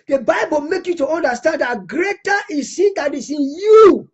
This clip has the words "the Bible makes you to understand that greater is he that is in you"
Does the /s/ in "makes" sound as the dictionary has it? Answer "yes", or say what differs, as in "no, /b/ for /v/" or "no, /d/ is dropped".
no, /s/ is dropped